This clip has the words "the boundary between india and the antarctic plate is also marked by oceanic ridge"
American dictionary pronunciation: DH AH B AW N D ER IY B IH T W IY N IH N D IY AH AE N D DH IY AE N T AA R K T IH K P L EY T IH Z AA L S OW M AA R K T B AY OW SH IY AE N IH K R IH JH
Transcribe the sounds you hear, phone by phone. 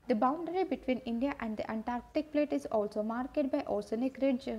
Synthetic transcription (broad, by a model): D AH B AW N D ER IY B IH T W IY N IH N D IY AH AE N D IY AE N T AA R K T IH K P L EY T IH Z AA L S OW M AA R K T B AY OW S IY N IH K R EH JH